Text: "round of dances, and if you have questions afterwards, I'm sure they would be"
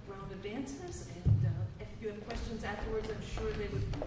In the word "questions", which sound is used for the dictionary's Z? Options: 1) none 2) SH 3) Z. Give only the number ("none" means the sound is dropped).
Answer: 3